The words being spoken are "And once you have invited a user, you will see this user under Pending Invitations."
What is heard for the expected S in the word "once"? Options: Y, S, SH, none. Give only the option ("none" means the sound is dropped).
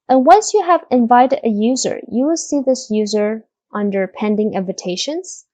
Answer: S